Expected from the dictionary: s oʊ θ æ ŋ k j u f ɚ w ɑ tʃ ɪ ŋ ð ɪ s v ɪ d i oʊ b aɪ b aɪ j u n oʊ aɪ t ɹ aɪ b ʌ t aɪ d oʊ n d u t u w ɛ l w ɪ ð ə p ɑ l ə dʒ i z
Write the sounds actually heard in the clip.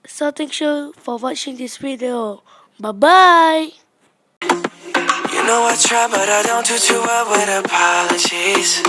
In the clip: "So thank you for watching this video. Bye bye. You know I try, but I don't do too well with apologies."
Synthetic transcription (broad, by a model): s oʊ t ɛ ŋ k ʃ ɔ f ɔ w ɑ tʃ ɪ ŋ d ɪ s w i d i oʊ b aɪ b aɪ j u n oʊ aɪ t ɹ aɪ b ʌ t aɪ d oʊ n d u t u w ɛ l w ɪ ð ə p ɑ l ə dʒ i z